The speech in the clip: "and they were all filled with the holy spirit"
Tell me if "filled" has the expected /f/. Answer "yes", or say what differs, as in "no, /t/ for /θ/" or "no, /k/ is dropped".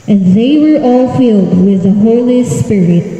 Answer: yes